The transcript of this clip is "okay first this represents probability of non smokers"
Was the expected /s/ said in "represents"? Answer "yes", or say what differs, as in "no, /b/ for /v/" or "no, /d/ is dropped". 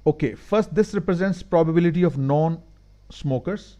yes